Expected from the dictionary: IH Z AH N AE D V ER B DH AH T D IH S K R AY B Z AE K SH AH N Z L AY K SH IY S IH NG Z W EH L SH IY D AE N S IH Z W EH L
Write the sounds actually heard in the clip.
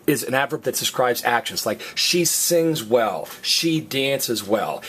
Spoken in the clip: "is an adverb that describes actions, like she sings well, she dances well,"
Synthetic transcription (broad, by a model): IH Z AH N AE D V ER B DH AH T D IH S K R AY B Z AE K SH AH N Z L AY K SH IY S IH NG Z W EH L SH IY D AE N S IH Z W EH L